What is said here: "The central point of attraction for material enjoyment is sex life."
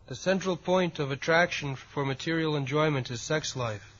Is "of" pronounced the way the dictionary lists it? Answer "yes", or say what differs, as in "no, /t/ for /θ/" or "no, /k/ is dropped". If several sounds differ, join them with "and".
yes